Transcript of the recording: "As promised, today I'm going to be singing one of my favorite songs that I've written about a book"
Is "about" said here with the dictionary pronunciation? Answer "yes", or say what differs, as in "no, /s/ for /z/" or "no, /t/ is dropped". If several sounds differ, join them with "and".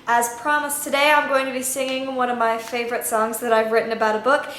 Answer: yes